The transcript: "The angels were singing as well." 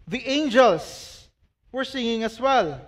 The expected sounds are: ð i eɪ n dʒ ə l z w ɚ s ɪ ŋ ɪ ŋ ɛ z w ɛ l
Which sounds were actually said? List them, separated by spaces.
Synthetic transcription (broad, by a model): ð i eɪ n dʒ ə l s w ɚ s ɪ ŋ ɪ ŋ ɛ s w ɛ l